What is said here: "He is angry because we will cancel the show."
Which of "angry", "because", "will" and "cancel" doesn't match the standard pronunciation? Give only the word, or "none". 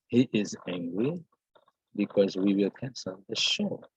none